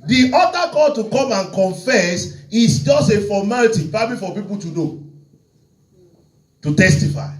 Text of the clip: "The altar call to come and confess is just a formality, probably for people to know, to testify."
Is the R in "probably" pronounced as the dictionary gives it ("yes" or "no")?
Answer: no